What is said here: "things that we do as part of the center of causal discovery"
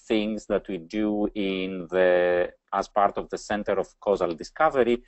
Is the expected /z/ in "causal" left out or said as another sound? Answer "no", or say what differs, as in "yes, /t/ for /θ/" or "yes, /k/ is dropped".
no